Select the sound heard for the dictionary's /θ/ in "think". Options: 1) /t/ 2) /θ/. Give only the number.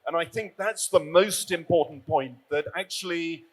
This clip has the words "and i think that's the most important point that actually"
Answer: 2